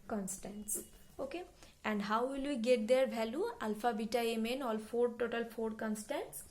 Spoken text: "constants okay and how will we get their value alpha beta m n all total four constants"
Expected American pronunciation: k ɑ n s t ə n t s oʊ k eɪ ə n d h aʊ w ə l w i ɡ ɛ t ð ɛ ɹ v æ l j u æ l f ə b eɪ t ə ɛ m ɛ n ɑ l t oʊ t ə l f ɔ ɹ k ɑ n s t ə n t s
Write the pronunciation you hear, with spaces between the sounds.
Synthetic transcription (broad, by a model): k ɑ n s t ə n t s oʊ k eɪ ə n d h aʊ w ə l w i ɡ ɛ t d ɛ ɹ b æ l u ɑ l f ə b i t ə ɛ m ɛ n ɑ l t oʊ t ə l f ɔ ɹ k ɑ n s t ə n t s